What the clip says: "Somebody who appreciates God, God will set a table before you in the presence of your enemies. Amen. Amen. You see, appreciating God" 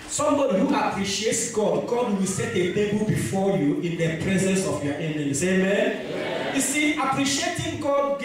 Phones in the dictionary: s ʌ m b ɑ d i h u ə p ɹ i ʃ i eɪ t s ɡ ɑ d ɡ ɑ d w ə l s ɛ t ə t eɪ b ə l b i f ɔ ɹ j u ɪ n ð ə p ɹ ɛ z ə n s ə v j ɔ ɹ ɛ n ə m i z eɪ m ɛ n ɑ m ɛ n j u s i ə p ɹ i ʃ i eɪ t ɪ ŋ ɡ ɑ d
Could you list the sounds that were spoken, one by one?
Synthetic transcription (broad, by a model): s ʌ m b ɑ d i h u ə p ɹ i ʃ i eɪ t s ɡ ɑ d ɡ ɑ d w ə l s ɛ t ə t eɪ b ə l b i f ɔ j u ɪ n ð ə p ɹ ɛ z ə n s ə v j ɔ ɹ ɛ n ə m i s eɪ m m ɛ n j u s i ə p ɹ i ʃ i eɪ t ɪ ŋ ɡ ɑ d